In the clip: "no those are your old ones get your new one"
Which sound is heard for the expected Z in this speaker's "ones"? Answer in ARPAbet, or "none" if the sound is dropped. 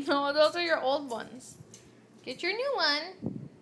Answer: S